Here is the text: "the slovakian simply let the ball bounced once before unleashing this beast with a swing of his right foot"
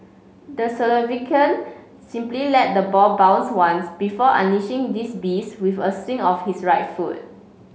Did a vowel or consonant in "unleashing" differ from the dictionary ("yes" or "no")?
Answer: yes